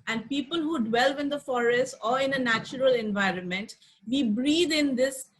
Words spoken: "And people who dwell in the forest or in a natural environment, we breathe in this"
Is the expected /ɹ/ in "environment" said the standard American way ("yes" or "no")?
yes